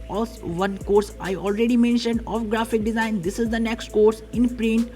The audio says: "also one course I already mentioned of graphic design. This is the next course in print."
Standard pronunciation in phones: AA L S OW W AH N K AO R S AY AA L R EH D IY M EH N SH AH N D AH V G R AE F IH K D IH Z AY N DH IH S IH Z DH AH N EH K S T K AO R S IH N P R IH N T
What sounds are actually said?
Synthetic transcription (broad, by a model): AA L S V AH N K AO R S AY AA L R EH D IY M EH N SH AH N D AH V G R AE F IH K D IH Z AY N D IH S IH Z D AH N EH K S T K AO R S IH N P R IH N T